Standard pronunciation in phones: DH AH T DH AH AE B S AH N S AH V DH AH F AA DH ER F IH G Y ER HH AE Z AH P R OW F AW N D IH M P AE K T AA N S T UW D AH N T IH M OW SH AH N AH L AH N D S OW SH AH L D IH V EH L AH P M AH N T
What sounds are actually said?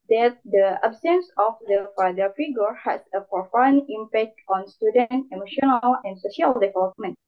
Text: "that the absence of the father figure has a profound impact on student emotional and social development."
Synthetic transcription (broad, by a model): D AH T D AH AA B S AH N S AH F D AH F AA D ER F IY G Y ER HH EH S AH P R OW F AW N IH M P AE K T AA N S T UW D AH N T IH M OW SH AH N AH L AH N S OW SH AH L D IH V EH L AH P M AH N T